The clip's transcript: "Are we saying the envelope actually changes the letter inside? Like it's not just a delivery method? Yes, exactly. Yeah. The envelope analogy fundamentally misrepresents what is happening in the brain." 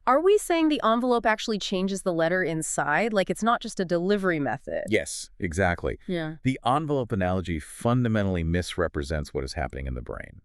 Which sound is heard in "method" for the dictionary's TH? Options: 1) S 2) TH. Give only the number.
2